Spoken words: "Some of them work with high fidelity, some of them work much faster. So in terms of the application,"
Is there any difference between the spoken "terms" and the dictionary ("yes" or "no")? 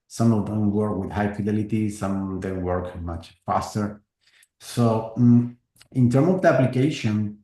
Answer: yes